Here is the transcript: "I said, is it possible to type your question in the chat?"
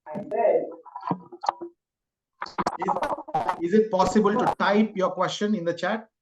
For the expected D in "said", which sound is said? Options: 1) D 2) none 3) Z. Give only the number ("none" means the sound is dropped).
2